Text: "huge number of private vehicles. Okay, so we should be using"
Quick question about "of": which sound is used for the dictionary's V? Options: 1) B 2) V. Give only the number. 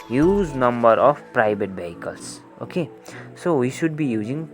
1